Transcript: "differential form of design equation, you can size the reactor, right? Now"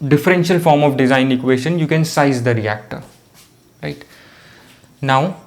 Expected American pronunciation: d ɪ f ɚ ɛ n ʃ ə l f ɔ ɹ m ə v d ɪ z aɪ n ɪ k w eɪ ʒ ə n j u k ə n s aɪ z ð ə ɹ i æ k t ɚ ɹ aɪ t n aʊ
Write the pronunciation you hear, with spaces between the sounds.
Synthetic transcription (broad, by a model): d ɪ f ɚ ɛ n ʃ ə l f ɔ ɹ m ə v d ɪ z aɪ n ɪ k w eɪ ʃ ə n j u k ə n s aɪ z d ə ɹ i æ k t ɚ ɹ aɪ t n aʊ